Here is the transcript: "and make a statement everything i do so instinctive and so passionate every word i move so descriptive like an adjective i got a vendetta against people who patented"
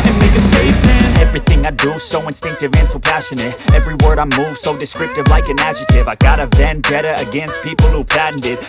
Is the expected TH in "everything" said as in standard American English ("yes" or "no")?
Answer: yes